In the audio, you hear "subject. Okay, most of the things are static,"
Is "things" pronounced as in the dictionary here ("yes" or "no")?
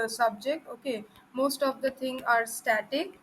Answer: no